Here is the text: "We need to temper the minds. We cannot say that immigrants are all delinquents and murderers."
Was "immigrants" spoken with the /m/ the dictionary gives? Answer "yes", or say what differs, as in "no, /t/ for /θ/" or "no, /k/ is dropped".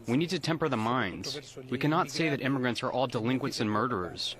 yes